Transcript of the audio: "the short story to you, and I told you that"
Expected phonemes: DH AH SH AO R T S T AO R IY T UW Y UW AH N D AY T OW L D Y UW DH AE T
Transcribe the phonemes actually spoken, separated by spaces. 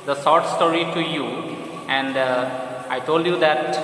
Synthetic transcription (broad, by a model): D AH S AO R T S T AO R IY T UW Y UW AH N D AY T OW L D Y UW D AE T